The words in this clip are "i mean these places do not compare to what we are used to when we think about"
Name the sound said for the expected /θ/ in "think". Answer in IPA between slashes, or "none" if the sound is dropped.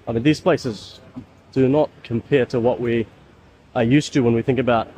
/θ/